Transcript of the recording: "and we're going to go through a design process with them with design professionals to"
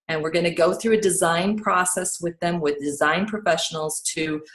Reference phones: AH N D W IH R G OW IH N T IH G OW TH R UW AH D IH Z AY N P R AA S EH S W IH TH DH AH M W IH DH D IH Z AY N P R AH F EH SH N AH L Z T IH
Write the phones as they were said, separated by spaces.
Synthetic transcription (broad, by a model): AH N W IH R G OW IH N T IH G OW TH R UW AH D IH Z AY N P R AA S EH S W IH DH AH M W IH DH D IH Z AY N P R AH F EH SH N L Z T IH